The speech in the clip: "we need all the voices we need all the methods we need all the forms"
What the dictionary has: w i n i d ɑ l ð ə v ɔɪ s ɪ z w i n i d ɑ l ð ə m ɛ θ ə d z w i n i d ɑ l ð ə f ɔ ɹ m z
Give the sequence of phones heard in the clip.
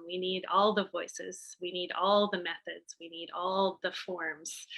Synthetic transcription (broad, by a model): w i n i d ɑ l ð ə v ɔɪ s ɪ z w i n i d ɑ l ð ə m ɛ θ ə d z w i n i d ɑ l ð ə f ɔ ɹ m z